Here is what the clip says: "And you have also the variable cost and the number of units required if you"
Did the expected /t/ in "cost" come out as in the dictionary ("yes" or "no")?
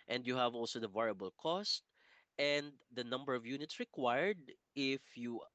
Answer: yes